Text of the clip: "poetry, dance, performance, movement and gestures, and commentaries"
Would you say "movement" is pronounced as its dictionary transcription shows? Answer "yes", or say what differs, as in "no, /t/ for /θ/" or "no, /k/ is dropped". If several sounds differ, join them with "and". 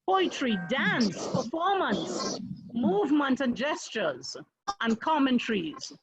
yes